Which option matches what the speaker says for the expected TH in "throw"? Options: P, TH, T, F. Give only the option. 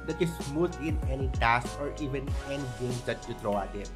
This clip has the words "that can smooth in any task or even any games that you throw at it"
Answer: T